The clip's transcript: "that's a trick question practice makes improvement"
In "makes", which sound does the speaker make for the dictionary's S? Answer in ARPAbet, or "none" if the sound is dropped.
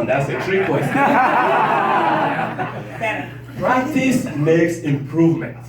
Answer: S